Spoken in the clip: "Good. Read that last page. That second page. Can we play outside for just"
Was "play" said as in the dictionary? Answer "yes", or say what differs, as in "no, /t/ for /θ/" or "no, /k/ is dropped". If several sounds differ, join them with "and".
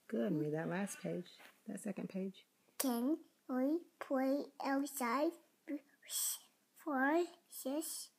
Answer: no, /l/ is dropped